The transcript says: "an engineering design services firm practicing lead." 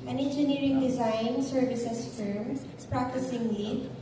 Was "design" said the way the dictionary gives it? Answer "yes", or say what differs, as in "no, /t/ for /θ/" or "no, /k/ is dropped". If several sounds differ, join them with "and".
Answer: yes